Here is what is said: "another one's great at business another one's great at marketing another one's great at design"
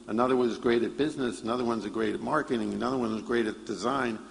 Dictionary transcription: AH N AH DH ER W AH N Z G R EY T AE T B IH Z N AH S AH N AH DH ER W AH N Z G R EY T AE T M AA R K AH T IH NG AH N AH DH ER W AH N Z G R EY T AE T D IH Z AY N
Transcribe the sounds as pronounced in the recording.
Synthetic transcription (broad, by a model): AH N AH DH ER W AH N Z G R EY T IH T B IH Z N AH S AH N AH DH ER W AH N Z G R EY T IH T M AA R K AH T IH NG AH N AH DH ER W AH N Z G R EY T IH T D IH Z AY N